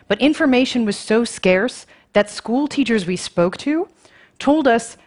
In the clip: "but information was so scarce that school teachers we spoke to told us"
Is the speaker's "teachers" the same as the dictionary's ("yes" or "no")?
yes